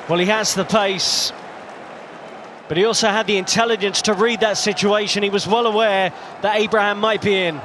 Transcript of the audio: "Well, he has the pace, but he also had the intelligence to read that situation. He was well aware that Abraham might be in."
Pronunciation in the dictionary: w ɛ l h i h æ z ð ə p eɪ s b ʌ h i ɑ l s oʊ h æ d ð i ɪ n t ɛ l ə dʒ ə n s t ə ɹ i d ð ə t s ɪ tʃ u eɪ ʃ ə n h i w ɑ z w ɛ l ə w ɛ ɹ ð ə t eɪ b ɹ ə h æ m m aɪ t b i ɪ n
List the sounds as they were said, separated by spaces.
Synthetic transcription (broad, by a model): w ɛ l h i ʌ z ð ə p eɪ s b ʌ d i ɑ l s oʊ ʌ d ð i ɪ n t ɛ l ə dʒ ə n s t ə ɹ i d ð ə t s ɪ tʃ u eɪ ʃ ə n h i w ɑ z w ɛ l ə w ɛ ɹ ð ə t eɪ b ɹ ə h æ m m aɪ t b i ɪ n